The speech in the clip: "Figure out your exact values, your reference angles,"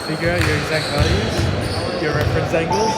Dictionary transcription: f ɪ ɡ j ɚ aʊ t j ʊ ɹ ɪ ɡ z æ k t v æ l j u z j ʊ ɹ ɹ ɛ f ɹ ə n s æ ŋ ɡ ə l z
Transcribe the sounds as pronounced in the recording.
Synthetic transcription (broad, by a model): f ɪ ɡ j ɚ aʊ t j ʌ ɹ ɪ ɡ z æ k t v æ l j u z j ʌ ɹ ɹ ɛ f ɹ ə n s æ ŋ ɡ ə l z